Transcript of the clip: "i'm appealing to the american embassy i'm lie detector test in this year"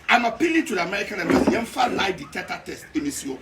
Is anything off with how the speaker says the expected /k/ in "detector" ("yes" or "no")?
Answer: yes